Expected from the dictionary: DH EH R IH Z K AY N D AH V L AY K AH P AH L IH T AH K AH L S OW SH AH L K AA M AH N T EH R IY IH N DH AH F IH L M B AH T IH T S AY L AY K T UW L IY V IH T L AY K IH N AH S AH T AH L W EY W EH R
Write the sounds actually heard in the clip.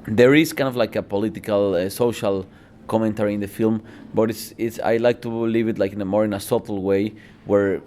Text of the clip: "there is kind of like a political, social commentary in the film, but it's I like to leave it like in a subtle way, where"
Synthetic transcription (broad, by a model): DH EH R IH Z K AY N D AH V L AY K AH P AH L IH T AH K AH L S OW SH AH L K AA M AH N T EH R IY IH N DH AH F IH L M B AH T IH T S AY L AY K T UW L IY V IH T L AY K IH N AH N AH S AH L W EY W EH R